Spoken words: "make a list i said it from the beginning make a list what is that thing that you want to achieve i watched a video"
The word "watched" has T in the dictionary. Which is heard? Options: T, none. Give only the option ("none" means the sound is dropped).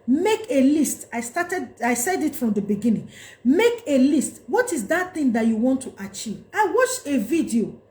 none